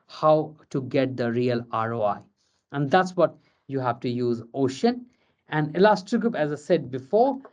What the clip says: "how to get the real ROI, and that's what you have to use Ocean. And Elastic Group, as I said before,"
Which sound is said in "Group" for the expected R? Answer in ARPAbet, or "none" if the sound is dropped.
none